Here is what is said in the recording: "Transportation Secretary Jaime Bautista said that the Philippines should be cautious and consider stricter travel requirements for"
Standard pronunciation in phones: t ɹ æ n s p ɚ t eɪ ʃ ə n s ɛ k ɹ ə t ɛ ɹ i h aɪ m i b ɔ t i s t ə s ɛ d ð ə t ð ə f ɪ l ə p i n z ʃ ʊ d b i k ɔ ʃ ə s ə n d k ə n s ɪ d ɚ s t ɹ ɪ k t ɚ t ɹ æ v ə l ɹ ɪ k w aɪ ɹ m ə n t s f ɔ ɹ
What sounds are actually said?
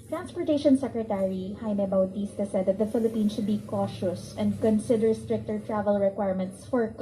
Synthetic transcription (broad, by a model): t ɹ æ n s p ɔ t eɪ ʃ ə n s ɛ k ɹ ə t ɛ ɹ i h aɪ m i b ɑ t i s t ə s ɛ d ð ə t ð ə f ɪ l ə p i n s ʃ ʊ d b i k ɔ ʃ ə s ə n d k ə n s ɪ d ɚ s t ɹ ɪ k t ɚ t ɹ æ v ə l ɹ ɪ k w aɪ ɹ m ə n t s f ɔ ɹ